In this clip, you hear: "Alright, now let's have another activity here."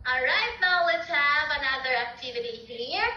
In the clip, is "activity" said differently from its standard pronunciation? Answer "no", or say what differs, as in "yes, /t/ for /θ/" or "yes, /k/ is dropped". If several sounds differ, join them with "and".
no